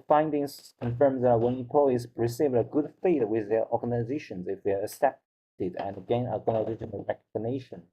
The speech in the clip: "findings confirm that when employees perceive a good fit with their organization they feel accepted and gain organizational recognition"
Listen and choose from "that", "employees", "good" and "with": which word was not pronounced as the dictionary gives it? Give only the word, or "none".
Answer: employees